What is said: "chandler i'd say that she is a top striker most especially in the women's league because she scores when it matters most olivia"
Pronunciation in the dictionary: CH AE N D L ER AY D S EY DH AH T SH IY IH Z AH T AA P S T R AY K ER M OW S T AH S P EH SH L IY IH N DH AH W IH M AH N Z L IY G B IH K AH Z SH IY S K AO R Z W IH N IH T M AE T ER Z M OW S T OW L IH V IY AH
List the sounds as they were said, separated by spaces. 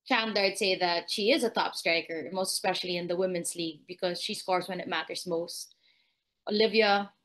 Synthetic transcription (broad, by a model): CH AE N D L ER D S EY DH AH T SH IY IH Z AH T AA P S T R AY K ER M OW S T AH S P EH SH L IY IH N DH AH W IH M AH N Z L IY G B IH K AH Z SH IY S K AO R Z W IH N IH T M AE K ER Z M OW S T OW L IH V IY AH